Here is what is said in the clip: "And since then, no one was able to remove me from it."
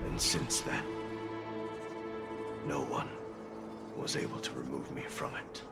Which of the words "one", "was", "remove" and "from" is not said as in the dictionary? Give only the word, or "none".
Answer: none